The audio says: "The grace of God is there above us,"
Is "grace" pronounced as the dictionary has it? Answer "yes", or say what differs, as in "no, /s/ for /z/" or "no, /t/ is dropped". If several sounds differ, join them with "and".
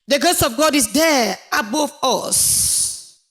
no, /ɹ/ is dropped